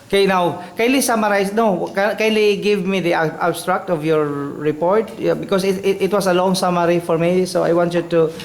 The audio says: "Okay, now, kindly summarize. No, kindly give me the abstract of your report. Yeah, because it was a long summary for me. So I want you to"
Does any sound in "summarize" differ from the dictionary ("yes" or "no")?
yes